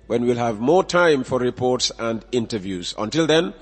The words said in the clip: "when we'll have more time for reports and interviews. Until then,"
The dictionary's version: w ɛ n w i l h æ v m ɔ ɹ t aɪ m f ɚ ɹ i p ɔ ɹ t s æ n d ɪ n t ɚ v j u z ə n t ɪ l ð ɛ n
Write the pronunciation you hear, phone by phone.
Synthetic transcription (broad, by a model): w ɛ n w i l h æ v m ɔ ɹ t aɪ m f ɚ ɹ i p ɔ ɹ t s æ n d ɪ n t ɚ v j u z ə n t ɪ l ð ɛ n